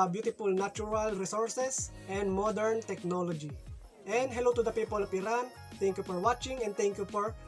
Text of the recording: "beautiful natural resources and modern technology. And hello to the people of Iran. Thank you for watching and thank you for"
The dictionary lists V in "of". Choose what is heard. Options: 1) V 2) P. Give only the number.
2